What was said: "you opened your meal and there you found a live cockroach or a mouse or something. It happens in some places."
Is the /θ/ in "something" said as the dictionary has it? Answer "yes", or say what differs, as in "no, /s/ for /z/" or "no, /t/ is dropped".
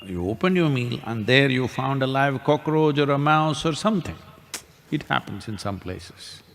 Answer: no, /t/ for /θ/